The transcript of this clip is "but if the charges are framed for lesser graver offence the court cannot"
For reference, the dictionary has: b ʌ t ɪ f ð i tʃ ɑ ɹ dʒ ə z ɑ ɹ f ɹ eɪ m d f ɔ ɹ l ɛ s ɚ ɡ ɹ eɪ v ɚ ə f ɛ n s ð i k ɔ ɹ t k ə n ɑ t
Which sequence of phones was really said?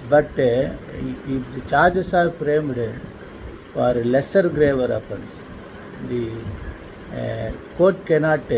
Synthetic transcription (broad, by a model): b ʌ t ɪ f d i tʃ ɑ ɹ dʒ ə s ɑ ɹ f ɹ eɪ m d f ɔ ɹ l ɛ s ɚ ɡ ɹ eɪ v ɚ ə p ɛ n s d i k ɔ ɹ t k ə n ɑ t